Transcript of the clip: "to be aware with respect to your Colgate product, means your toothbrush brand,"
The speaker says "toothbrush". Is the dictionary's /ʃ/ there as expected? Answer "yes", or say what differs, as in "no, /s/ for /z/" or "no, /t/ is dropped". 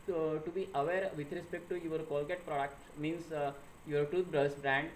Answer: no, /s/ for /ʃ/